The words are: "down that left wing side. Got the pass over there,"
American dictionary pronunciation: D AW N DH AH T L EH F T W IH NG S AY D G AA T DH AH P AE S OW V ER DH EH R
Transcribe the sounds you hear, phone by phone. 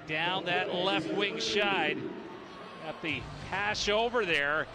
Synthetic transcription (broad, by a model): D AW N DH AH T L EH F T W IH NG SH AY D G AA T DH AH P AE SH OW V ER DH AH R